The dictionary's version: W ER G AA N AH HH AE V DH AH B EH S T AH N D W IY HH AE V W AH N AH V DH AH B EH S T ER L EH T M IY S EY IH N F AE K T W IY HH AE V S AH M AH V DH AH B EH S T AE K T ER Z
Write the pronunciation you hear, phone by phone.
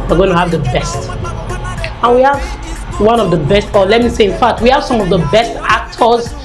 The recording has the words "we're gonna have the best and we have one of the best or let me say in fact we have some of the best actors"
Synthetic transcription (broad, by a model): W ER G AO AH HH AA V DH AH B EH S T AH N W IY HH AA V W AH N AH V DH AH B EH S T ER L EH T M IY S EY IH N F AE K T W IY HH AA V S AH M AH V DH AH B EH S T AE K T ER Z